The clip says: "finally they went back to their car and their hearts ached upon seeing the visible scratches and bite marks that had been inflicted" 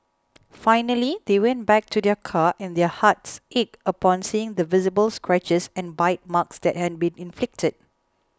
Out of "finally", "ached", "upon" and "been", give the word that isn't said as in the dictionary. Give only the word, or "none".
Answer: ached